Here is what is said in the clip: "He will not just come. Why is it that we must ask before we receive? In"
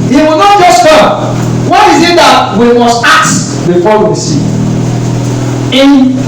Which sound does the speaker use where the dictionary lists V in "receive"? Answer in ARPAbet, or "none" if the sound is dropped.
none